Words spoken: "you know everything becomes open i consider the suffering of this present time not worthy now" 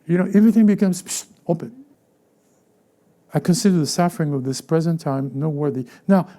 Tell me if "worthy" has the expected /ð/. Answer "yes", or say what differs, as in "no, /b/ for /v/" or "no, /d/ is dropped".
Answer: yes